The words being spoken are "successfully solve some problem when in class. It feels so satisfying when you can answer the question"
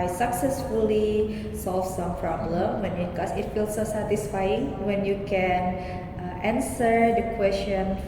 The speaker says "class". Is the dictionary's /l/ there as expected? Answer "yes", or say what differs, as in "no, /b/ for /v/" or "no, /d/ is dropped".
no, /l/ is dropped